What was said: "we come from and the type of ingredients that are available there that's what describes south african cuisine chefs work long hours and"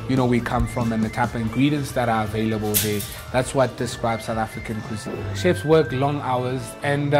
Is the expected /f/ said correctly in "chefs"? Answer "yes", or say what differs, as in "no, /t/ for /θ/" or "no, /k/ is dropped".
no, /p/ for /f/